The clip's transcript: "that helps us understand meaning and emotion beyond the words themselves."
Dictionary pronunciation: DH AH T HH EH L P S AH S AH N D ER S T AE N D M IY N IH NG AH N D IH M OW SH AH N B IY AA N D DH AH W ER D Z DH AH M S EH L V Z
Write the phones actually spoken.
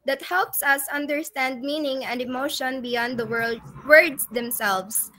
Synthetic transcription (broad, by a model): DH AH T HH EH L P S AH S AH N D ER S T AE N D M IY N IH NG AH N D IH M OW SH AH N B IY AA N D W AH W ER D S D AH M S EH L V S